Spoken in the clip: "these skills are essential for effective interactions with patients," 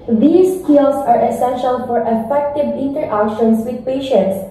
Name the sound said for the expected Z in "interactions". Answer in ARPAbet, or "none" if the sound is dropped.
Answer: S